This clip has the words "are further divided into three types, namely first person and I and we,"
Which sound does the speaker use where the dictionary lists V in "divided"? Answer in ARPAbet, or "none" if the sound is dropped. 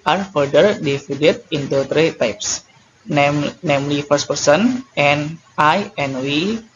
F